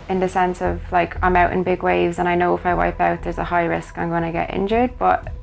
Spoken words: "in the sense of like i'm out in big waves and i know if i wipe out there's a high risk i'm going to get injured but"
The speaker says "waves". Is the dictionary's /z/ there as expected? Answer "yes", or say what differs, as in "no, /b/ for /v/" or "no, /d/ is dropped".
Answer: yes